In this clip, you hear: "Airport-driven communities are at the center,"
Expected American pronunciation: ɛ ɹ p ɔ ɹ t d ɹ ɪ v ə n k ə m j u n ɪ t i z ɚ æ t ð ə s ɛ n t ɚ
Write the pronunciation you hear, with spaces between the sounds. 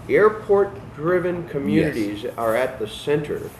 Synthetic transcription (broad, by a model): ɛ ɹ p ɔ ɹ t d ɹ ɪ v ə n k ə m j u n ɪ t i z ɚ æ t ð ə s ɛ n t ɚ